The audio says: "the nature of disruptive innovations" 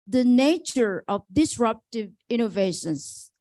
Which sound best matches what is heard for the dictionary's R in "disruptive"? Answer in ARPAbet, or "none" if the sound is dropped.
R